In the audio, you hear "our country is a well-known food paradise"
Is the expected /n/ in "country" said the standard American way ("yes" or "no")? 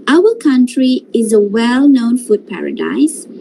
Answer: yes